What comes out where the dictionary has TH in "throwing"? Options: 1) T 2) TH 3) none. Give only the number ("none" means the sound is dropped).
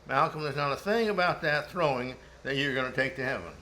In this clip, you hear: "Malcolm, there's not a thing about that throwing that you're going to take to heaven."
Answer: 2